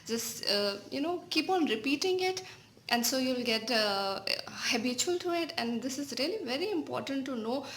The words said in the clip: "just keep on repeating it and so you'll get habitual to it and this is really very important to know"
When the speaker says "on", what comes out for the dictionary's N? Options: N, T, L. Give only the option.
N